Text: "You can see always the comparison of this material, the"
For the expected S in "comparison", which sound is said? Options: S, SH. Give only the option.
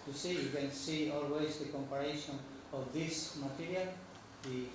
SH